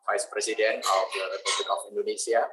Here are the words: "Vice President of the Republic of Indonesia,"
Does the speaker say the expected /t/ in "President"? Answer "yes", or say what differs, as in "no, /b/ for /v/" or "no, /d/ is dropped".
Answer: no, /t/ is dropped